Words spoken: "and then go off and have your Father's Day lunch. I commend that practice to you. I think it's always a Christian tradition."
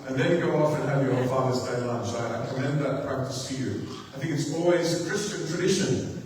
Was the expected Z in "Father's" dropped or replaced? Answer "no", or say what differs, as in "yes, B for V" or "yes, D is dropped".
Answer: no